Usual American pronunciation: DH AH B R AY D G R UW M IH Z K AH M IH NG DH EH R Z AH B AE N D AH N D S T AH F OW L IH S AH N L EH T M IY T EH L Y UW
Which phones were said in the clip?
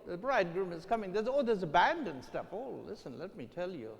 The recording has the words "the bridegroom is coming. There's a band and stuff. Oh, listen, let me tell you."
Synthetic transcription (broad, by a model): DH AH B R AY D G R UW M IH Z K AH M IH NG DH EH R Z AH B AE N D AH N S T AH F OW L IH S AH N L EH T M IY T EH L Y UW